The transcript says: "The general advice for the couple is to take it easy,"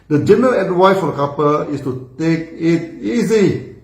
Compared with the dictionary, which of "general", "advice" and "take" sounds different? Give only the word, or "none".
advice